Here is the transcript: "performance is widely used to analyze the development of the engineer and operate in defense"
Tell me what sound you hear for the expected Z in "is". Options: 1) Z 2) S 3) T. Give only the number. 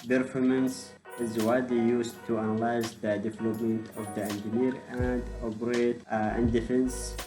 1